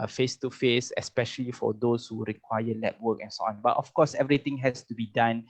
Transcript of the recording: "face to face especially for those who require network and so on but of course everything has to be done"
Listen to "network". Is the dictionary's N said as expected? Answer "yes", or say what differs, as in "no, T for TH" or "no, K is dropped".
no, L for N